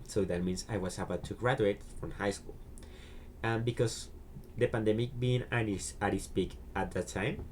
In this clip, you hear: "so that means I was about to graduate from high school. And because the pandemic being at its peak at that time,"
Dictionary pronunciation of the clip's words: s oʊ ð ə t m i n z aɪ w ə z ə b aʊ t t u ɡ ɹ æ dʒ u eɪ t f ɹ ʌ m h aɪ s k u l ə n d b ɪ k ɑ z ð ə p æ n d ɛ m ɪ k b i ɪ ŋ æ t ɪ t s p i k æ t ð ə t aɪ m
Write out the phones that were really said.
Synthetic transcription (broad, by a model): s oʊ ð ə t m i n s aɪ w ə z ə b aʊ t t u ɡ ɹ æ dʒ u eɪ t f ɹ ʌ m h aɪ s k u l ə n b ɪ k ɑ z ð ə p æ n d ɛ m ɪ k b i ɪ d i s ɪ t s p i k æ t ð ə t aɪ m